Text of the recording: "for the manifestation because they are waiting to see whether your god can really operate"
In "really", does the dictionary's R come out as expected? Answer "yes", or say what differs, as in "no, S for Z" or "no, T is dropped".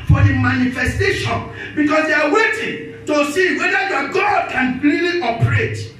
no, L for R